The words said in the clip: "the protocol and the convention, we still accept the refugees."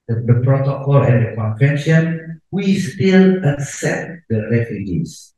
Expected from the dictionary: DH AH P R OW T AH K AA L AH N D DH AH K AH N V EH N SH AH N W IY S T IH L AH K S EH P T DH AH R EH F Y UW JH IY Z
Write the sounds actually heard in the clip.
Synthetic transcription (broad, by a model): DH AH P R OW T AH K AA L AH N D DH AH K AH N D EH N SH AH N W IY S T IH L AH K S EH T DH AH R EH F Y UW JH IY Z